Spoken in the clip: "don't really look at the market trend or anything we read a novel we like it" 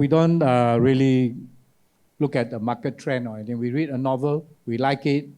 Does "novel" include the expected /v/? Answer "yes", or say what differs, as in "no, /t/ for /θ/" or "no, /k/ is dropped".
yes